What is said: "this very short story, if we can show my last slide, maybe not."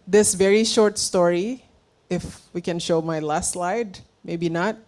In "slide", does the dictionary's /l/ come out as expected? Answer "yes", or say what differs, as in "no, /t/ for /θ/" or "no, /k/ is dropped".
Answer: yes